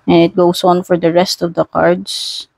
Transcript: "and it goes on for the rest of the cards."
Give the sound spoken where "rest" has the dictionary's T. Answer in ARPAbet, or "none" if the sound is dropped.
T